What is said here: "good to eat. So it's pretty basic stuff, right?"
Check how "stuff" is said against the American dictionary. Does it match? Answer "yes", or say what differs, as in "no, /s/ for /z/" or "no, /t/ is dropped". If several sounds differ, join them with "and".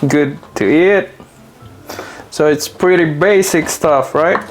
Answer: yes